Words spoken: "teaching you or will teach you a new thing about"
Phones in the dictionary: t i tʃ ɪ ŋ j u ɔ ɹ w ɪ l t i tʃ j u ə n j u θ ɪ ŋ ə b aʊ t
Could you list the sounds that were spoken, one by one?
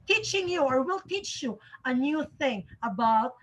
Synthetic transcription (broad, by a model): t i tʃ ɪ ŋ j u ɔ ɹ w ɪ l t i tʃ j u ə n j u θ ɪ ŋ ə b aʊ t